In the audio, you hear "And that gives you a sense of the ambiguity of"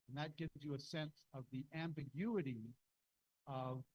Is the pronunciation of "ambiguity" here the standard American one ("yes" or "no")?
yes